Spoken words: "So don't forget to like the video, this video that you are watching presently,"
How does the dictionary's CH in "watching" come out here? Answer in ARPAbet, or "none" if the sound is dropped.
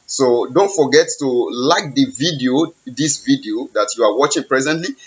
CH